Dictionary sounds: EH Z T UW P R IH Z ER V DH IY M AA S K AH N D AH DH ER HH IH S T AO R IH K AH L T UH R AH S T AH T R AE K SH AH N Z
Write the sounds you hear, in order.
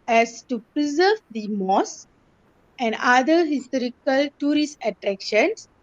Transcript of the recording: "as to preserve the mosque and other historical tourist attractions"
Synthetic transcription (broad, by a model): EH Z T UW P R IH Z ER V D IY M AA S AH N D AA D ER HH IH S T AO R IH K AH L T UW R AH S T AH T R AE K SH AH N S